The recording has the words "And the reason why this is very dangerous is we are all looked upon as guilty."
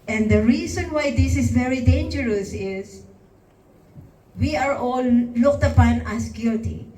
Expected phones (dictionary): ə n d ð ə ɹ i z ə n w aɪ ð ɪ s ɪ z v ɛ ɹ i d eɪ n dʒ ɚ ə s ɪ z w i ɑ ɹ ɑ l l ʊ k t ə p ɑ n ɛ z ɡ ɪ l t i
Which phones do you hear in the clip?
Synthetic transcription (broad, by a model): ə n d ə ɹ i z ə n w aɪ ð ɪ s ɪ s v ɛ ɹ i d eɪ n dʒ ɚ ə s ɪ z w i ɑ ɹ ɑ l l ʊ k t ə p ɑ n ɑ s ɡ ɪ l t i